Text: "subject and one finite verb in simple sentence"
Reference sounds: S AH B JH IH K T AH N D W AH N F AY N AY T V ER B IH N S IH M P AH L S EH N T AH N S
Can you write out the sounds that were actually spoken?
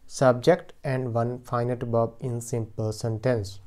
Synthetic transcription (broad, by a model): S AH B JH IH K T AH N D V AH N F AY N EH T B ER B IH N S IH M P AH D S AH N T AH N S